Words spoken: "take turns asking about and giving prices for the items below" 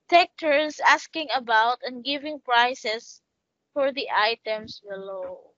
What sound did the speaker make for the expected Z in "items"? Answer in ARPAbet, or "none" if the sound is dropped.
S